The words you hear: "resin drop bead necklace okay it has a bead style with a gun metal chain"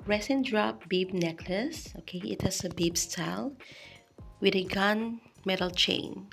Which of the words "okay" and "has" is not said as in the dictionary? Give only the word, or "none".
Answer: has